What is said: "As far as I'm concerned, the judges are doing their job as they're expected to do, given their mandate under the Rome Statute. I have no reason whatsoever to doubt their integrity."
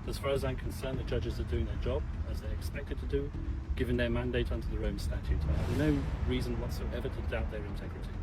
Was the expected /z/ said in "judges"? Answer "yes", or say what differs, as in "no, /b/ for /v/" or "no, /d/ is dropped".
yes